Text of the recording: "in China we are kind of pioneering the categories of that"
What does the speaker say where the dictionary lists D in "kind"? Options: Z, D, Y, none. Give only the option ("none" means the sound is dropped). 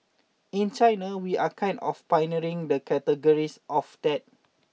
none